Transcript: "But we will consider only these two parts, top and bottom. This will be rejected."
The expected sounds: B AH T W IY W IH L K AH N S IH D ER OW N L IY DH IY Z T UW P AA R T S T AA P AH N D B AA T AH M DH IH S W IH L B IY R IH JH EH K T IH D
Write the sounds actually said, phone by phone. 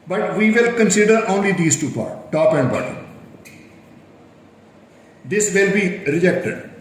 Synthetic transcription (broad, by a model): B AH T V IY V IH L K AH N S IH D ER OW N L IY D IY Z T UW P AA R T T AA P AH N D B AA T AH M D IH S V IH L B IY R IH JH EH K T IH D